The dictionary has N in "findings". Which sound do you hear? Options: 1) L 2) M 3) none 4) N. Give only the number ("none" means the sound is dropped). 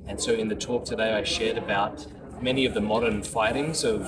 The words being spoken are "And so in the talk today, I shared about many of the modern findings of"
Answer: 3